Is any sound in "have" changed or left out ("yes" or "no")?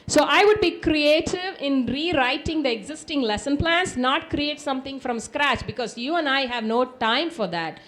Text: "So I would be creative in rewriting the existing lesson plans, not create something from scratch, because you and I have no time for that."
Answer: no